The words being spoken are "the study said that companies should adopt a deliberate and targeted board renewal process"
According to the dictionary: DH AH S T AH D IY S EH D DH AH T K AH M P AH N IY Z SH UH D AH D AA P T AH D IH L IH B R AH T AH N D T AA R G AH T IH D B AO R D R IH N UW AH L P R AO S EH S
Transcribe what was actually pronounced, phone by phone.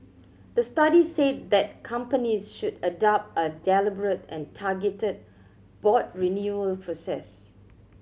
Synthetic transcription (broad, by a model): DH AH S T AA D IY S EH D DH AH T K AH M P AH N IY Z SH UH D AH D AA P T AH D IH L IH B R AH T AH N T AA G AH T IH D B AO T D R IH N UW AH L P R AO S EH S